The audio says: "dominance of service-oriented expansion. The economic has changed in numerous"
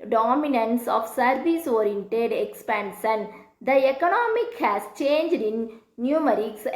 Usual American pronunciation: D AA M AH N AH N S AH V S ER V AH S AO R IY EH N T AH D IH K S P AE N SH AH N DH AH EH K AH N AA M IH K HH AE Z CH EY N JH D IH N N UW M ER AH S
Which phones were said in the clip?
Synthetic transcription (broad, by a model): D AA M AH N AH N S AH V S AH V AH S AO R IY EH N T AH D IH K S P AE N SH AH N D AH EH K AH N AA M IH K HH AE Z CH EY N JH D IH N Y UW M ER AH S